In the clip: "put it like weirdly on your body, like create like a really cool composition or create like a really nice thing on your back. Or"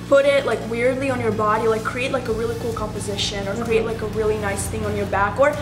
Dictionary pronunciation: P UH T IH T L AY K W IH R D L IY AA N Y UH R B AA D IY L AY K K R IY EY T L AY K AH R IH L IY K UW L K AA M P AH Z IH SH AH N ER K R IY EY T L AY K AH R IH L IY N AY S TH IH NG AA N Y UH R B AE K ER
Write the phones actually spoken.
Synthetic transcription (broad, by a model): P UH T IH T L AY K W IH R D L IY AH N Y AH R B AA D IY L AY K K R IY EY T L AY K AH R IH L IY K UW L K AA M P AH Z IH SH AH N ER K R IY EY T L AY K AH R IH L IY N AY S TH IH NG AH N Y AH R B AE K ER